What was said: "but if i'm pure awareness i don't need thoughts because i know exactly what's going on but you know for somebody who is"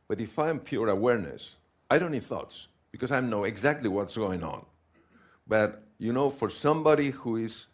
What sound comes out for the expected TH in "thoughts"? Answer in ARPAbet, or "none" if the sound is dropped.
TH